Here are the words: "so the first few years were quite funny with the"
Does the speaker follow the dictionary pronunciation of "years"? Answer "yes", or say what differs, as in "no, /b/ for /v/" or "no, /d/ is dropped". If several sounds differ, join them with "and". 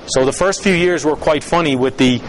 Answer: yes